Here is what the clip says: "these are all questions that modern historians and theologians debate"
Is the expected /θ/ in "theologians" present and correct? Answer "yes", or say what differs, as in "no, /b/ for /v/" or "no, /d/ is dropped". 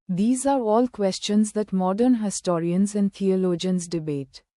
no, /t/ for /θ/